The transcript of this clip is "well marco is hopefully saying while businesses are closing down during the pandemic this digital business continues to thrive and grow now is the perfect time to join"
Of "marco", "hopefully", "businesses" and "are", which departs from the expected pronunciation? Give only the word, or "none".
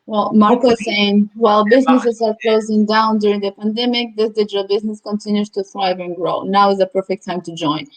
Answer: hopefully